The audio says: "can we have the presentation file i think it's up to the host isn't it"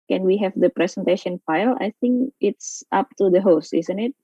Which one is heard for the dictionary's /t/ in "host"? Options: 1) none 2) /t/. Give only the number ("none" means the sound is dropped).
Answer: 2